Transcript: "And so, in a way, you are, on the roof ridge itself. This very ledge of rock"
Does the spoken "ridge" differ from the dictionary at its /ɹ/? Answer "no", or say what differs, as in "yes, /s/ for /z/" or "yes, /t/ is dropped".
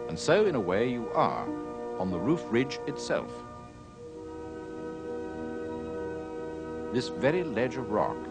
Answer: no